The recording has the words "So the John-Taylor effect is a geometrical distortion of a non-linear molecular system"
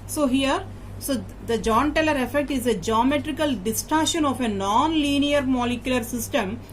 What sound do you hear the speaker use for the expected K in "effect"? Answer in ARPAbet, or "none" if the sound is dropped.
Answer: K